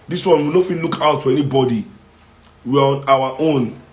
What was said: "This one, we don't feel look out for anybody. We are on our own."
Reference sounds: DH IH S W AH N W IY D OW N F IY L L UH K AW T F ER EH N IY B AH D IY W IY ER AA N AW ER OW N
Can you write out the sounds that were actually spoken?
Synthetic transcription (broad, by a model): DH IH S W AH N W IY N OW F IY N L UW K AW T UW EH N IY B AH D IY W IY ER AA N AW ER OW N